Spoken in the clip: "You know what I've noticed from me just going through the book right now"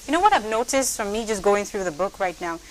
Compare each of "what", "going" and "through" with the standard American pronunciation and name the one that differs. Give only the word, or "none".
none